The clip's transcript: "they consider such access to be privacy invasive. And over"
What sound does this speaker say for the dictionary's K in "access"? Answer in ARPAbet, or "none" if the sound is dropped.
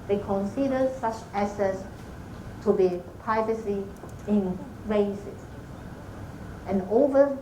none